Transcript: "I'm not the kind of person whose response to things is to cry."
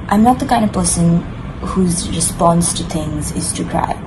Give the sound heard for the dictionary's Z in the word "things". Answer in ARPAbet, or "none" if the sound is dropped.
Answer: Z